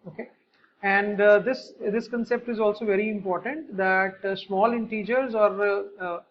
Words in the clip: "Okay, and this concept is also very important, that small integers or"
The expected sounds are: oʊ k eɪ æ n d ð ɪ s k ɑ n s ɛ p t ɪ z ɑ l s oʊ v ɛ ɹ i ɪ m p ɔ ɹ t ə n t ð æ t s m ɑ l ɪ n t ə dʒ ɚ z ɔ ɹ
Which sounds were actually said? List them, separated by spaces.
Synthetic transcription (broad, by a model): oʊ k eɪ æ n d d ɪ s k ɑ n s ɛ p t ɪ z ɑ l s oʊ v ɛ ɹ i ɪ m p ɔ ɹ t ə n t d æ t s m ɑ l ɪ n t ə dʒ ɚ z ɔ ɹ